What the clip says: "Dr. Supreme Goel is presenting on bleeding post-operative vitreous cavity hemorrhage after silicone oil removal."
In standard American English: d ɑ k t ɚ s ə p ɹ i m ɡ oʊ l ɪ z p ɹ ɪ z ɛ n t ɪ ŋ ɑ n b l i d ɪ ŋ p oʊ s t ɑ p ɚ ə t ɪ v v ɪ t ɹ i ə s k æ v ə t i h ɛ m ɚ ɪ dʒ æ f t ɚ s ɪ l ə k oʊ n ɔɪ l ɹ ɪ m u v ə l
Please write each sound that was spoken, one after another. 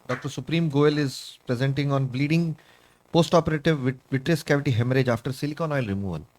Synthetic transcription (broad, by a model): d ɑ k t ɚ s ə p ɹ i m ɡ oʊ l ɪ z p ɹ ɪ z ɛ n t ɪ ŋ ɑ n b l i d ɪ ŋ p oʊ s t ɑ p ɚ ə t ɪ v v ɪ t ɹ i ə s k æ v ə t i h ɛ m ɚ ɪ dʒ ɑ f t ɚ s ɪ l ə k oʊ n ɔɪ l ɹ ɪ m u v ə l